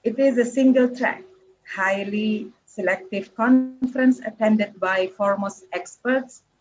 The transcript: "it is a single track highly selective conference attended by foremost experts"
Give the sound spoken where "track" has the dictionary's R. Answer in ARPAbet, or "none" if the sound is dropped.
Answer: R